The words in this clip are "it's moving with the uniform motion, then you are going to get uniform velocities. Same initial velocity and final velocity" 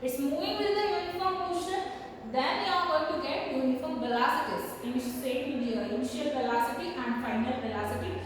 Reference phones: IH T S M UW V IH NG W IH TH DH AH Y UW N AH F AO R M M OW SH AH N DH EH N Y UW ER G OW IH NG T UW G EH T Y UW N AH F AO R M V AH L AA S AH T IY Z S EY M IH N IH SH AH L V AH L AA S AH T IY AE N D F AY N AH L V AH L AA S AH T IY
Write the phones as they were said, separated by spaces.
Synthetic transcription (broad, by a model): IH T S M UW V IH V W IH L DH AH Y UW N AH F AO R M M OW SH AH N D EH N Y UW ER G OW T UW G EH T Y UW N AH F AO R M B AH L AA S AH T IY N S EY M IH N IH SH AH L B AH L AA S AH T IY AE N D F AY N AH L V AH L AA S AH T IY